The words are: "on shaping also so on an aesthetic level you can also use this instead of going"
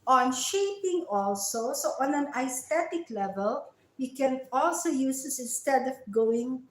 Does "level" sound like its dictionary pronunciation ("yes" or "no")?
yes